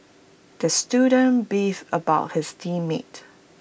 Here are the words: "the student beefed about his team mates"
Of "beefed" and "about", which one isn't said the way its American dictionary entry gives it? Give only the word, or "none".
beefed